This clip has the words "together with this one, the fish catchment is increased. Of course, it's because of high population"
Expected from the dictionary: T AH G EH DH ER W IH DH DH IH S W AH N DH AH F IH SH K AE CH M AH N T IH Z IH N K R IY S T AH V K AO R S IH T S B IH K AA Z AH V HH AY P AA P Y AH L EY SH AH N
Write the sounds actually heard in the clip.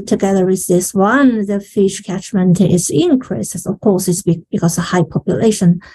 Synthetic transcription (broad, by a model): T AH G EH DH ER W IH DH DH IH S W AH N DH AH F IH SH K AE CH M AH N T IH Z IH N K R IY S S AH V K AO R S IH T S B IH K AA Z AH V HH AY P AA P Y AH L EY SH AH N